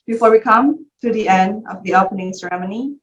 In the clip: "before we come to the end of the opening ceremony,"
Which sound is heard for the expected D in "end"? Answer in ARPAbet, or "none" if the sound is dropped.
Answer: D